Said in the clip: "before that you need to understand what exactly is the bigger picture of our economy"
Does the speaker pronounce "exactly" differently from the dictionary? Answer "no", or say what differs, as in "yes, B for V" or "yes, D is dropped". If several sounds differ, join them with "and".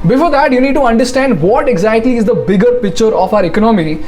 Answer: yes, L is dropped